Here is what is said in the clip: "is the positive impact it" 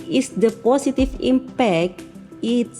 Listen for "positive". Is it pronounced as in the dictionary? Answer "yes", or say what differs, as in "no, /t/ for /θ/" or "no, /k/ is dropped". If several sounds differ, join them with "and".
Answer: no, /s/ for /z/